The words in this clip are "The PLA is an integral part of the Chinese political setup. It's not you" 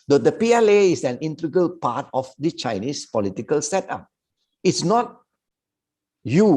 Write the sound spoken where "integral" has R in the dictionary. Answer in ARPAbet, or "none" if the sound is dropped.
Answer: none